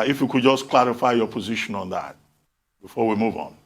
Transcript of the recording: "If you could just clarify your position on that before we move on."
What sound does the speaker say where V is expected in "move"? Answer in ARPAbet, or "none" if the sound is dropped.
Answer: V